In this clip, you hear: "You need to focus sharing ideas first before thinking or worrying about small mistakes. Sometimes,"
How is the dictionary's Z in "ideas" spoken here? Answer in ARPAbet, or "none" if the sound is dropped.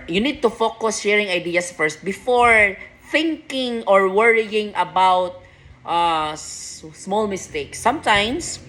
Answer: S